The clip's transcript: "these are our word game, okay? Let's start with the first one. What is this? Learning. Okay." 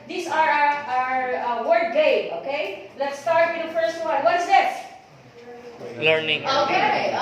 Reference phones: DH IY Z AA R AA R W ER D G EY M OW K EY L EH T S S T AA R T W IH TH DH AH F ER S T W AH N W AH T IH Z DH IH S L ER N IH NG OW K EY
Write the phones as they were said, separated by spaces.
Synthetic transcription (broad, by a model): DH IY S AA R AA R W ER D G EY OW K EY L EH T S S T AA R T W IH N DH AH F ER S T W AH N W AH T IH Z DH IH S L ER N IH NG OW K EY